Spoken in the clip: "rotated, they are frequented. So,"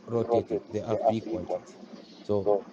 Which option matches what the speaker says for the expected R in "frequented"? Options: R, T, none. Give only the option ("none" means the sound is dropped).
none